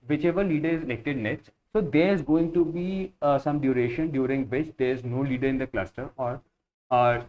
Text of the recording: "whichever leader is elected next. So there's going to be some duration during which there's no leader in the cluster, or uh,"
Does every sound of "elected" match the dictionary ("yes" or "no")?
no